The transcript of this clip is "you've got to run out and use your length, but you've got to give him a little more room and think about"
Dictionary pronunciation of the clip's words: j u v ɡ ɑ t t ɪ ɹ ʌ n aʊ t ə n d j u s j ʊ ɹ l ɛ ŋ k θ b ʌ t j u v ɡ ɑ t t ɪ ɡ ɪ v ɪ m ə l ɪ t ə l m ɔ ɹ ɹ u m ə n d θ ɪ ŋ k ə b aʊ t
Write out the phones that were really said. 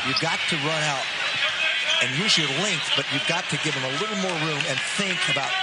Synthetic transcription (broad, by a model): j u v ɡ ɑ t t ɪ ɹ ʌ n aʊ t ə n j u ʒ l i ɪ l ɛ ŋ k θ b ʌ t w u v ɡ ɑ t t ɪ ɡ ɪ v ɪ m ə l ɪ t l m ɔ ɹ ɹ u m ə n θ ɪ ŋ k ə b aʊ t